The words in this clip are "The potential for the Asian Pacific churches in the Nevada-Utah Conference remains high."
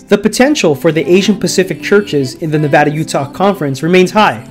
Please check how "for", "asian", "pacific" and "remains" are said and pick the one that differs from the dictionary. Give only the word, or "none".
none